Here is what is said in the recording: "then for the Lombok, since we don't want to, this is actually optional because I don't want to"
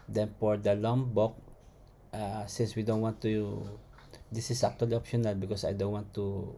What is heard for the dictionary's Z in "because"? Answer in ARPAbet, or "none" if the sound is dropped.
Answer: S